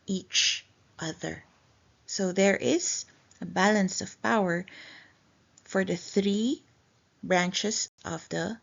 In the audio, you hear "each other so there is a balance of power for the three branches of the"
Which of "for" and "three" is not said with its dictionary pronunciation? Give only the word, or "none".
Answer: none